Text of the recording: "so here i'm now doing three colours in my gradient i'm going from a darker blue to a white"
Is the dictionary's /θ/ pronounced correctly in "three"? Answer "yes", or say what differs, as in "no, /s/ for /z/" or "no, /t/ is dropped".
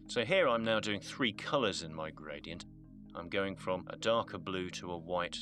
yes